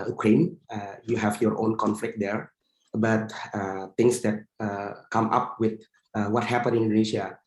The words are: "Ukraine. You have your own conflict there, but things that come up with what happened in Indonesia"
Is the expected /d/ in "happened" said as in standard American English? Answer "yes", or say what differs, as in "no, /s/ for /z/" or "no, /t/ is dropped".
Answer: no, /d/ is dropped